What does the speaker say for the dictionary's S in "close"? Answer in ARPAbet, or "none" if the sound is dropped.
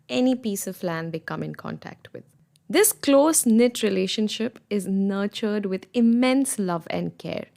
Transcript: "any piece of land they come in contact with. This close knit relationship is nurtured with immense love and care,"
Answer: S